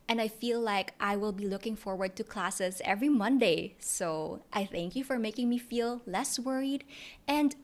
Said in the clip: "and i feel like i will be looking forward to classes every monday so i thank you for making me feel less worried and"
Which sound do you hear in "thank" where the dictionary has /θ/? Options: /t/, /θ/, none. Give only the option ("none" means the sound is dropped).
/θ/